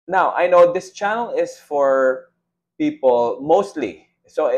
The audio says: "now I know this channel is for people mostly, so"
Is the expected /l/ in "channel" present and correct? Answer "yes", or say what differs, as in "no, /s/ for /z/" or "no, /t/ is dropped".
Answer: yes